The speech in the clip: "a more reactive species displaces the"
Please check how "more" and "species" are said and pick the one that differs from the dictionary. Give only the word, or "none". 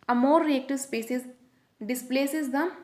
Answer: species